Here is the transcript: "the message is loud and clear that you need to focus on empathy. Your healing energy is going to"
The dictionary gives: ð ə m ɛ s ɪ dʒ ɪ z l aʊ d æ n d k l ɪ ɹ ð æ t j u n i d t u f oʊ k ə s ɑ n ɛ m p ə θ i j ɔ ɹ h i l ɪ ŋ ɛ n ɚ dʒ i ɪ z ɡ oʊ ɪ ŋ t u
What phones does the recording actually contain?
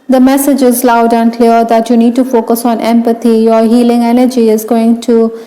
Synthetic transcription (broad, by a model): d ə m ɛ s ɪ dʒ ɪ z l aʊ d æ n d k l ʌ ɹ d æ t j u n i d t u f oʊ k ə s ɑ n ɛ m p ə t i j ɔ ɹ h i l ɪ ŋ ɛ n ɚ dʒ i ɪ z ɡ oʊ ɪ ŋ t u